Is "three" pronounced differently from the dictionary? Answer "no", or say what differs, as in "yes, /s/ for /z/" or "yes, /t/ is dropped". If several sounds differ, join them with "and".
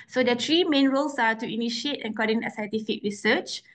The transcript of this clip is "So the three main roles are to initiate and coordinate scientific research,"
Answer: yes, /t/ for /θ/